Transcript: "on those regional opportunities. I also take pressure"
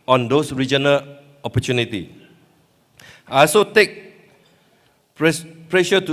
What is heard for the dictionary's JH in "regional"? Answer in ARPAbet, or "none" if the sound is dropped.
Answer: JH